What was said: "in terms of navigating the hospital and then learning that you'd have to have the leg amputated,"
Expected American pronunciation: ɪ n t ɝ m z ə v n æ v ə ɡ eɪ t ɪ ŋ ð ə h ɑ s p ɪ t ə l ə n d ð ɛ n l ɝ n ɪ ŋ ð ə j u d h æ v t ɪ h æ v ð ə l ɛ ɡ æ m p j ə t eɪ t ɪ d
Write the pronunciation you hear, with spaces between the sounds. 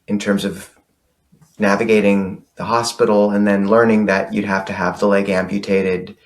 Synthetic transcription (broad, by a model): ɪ n t ɝ m z ə v n æ v ə ɡ eɪ t ɪ ŋ ð ə h ɑ s p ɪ t l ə n ð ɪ n l ɝ n ɪ ŋ ð ə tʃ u d h æ f t ɪ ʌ v ð ə l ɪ ɡ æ m p j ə t eɪ t ɪ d